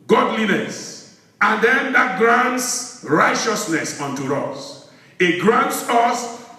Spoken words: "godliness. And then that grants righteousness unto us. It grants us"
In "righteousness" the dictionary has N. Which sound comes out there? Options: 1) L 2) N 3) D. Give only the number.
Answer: 2